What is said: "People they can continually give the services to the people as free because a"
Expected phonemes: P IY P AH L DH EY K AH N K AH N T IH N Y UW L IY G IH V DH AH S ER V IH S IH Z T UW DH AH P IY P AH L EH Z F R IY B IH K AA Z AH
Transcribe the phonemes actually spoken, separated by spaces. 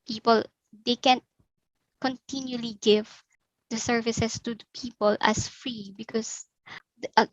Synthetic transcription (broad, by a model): P IY P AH L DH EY K AH N K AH N T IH N Y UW L IY G IH V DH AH S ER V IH S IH S T UW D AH P IY P AH L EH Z F R IY B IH K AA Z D